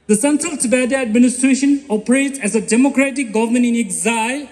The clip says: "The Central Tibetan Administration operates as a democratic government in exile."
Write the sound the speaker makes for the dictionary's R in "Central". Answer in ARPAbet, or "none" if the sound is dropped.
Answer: R